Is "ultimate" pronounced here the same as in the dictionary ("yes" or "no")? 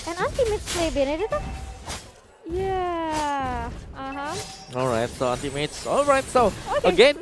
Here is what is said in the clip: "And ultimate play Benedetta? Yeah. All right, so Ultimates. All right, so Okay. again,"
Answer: no